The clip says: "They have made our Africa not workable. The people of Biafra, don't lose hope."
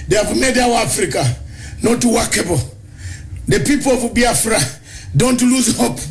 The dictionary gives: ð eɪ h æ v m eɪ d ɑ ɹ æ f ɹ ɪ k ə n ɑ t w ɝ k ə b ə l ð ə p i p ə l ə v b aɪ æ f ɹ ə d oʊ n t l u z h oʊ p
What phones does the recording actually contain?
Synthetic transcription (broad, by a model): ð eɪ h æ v m eɪ d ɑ w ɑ f ɹ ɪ k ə n ɑ t w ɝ k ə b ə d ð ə p i p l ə b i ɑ f ɹ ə d oʊ n t l u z h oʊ p